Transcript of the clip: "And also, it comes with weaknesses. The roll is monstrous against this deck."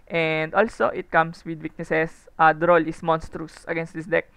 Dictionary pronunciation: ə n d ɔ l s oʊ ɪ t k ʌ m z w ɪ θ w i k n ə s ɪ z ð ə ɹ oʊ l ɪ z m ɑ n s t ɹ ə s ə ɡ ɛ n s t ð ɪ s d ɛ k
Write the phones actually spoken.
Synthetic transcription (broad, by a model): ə n d ɔ l s oʊ ɪ t k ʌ m s w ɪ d w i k n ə s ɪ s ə ɹ oʊ l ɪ s m ɑ n s t ɹ ə s ə ɡ ɛ n s t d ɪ s d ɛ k